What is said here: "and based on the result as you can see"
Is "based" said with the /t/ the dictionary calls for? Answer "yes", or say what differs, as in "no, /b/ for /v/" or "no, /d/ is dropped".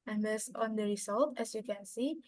no, /t/ is dropped